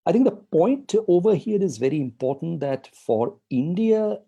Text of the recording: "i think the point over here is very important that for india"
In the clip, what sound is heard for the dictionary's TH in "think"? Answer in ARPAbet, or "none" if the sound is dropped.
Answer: T